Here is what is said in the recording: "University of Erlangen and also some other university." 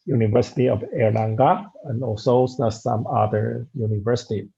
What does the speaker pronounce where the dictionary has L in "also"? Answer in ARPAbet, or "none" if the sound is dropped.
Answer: none